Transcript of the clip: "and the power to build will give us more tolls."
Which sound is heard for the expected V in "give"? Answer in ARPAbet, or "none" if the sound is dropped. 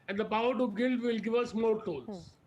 V